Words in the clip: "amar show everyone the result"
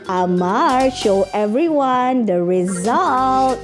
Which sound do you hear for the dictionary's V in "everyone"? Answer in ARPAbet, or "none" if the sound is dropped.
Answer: V